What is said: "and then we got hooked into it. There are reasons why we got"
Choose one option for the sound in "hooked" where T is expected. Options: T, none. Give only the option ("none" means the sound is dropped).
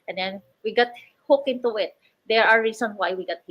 none